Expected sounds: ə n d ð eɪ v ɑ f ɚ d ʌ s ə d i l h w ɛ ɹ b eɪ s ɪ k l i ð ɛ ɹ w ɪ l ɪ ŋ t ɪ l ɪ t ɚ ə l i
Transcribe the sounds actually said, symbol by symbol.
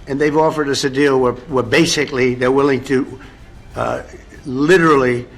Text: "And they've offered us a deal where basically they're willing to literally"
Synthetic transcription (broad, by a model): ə n ð eɪ v ɑ f ɚ d ʌ s ə d i l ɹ w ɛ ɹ b eɪ s ɪ k l i ð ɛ ɹ w ɪ l ɪ ŋ t ɪ l ɪ t ɚ l i